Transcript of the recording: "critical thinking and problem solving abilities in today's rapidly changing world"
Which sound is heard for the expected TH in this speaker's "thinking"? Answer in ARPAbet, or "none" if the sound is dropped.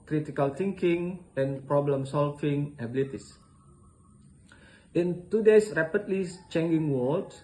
T